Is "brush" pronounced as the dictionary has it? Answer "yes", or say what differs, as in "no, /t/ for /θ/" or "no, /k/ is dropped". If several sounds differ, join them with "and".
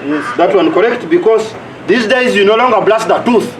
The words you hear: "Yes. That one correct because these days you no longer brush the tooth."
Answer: no, /l/ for /ɹ/ and /s/ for /ʃ/